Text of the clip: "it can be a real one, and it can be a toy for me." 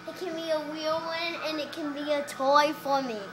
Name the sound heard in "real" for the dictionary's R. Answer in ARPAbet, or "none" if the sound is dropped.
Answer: W